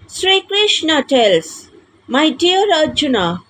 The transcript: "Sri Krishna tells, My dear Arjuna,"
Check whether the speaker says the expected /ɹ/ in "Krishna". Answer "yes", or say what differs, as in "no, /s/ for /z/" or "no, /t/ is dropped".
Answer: yes